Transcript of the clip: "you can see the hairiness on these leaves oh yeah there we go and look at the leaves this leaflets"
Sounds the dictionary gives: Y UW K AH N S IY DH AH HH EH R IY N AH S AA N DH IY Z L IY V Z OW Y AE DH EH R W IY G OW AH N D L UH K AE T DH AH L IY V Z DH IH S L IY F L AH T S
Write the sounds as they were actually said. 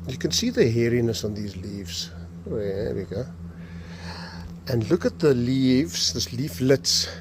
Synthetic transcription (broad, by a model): Y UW K AH N S IY DH AH HH EH R IY N AH S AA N DH IY Z L IY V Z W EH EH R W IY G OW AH N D L UH K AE T DH AH L IY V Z DH IH S L IY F L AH T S